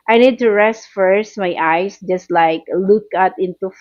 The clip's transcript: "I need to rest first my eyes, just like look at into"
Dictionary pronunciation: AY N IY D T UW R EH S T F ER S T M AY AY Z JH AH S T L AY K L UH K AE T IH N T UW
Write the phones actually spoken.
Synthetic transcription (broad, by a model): AY N IY D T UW R EH S T F ER S T M AY AY S JH AH S T L AY K L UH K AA T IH N T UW